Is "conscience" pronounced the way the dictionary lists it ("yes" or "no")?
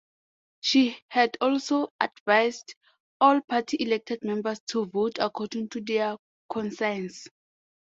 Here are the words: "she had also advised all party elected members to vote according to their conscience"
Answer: no